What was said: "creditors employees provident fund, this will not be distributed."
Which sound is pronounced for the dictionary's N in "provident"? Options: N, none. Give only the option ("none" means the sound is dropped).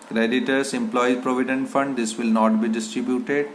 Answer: N